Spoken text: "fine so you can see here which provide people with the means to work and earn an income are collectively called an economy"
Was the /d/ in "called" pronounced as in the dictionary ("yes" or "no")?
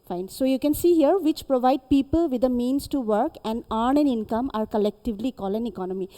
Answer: no